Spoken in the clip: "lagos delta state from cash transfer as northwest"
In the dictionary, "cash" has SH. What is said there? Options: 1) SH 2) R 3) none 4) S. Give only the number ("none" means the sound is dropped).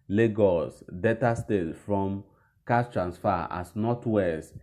4